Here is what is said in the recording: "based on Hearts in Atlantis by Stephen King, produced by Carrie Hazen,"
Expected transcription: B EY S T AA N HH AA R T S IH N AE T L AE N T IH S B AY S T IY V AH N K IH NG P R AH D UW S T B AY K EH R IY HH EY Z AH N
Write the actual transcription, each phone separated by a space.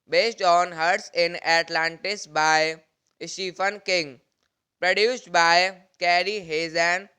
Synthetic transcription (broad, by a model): B EY S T AA N HH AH R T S IH N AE T L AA N T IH S B AY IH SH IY F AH N K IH NG P R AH D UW S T B AY K EH R IY HH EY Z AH N